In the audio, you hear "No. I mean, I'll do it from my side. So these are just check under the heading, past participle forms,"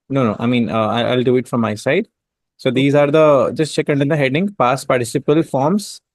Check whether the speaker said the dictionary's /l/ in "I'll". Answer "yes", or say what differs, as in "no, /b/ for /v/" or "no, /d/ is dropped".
yes